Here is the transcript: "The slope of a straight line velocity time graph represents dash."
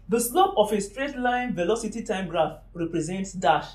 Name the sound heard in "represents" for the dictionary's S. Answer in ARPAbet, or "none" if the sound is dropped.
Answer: S